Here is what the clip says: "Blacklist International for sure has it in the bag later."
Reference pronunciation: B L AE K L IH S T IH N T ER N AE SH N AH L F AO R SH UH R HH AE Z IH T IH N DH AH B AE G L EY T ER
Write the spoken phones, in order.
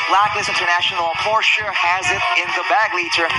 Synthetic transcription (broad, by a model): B L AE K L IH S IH N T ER N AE SH N L P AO R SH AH R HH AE Z IH T IH N DH AH B AE G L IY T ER